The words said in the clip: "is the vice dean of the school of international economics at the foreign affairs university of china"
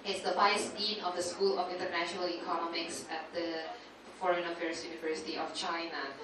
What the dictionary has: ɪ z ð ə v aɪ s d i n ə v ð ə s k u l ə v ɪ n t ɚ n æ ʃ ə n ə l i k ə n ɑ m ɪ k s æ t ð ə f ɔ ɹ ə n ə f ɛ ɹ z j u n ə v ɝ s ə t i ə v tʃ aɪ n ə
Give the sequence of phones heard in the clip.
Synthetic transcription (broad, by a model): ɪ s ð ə b aɪ s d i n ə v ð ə s k u l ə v ɪ n t ɚ n æ ʃ ə n ə l i k ə n ɑ m ɪ k s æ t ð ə f ɔ ɹ ə n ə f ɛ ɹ s j u n ə v ɝ s ə t i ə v tʃ aɪ n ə